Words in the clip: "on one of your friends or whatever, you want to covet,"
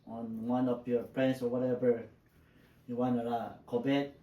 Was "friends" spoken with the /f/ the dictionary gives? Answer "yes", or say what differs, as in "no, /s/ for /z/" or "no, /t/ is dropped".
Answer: no, /p/ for /f/